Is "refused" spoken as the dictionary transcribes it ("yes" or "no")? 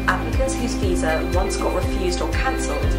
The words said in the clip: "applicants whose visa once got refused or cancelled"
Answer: yes